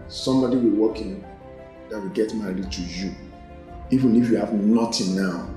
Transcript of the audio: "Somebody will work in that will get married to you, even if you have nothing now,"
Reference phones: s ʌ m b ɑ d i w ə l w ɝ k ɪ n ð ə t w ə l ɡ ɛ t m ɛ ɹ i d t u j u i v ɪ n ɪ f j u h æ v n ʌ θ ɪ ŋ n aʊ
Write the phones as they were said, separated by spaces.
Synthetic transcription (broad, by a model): s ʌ m b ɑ d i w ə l w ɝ k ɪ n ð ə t w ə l ɡ ɛ t m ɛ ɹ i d t u j u i v ɪ n ɪ f j u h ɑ v n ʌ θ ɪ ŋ n aʊ